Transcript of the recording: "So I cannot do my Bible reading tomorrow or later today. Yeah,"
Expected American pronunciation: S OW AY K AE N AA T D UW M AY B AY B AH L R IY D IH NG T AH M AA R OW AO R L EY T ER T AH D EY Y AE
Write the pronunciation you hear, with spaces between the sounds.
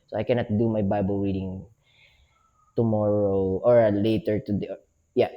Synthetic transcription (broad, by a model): S OW AY K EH N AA T D UW M AY B AY B AH L W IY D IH NG T AH M AA R OW AO R L EY T ER T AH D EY Y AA